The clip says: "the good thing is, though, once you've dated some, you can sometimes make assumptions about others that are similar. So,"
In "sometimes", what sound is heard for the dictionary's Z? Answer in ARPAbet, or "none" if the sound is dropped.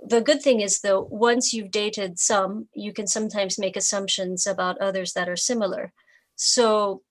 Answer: Z